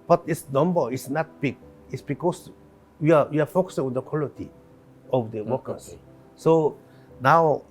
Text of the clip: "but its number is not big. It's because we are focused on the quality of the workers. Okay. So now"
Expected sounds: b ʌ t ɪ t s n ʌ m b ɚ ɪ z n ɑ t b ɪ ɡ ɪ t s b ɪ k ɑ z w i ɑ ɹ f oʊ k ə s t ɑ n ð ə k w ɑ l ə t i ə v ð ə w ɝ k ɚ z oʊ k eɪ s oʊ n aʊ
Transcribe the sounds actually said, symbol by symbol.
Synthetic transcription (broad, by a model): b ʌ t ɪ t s n ʌ m b ɚ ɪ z n ɑ t b ɪ ɡ ɪ t s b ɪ k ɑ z w i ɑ w f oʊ k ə s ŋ ɑ n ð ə k w ɑ l ə t i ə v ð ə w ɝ k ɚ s s oʊ n aʊ